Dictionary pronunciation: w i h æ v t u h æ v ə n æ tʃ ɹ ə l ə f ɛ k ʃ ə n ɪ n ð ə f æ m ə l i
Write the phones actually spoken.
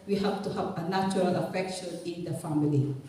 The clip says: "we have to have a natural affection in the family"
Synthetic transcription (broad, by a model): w i h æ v t u h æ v ə n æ tʃ ɹ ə l ə f ɛ k ʃ ə n ɪ n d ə f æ m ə l i